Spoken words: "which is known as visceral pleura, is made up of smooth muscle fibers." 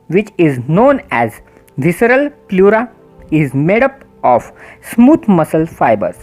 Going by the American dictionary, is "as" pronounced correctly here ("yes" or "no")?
yes